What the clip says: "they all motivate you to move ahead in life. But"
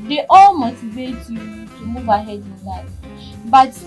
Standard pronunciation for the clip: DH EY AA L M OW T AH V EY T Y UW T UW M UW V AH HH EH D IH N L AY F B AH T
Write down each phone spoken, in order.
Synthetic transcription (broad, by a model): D EY AA L M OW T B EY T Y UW T UW M UW V AH HH EH D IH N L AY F B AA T